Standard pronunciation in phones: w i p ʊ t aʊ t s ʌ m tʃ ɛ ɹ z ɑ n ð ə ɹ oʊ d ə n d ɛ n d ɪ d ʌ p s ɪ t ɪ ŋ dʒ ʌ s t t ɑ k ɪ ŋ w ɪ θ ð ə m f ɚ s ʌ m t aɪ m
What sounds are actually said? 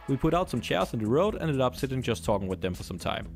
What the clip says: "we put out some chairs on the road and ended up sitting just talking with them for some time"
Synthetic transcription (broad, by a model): w i p ʊ t aʊ t s ʌ m tʃ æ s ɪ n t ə ɹ oʊ ə d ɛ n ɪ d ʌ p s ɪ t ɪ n dʒ ʌ s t t ɑ k ɪ ŋ w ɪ ð ə m f ɚ s ʌ m t aɪ m